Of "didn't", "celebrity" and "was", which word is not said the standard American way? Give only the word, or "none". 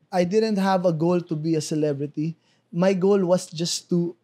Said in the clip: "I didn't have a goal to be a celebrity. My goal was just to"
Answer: was